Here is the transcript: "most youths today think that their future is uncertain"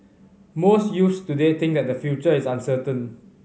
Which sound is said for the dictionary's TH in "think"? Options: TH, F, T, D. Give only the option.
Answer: T